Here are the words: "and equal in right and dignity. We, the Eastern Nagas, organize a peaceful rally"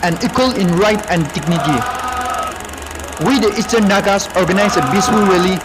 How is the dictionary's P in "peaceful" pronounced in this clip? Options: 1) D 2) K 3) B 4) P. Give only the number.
3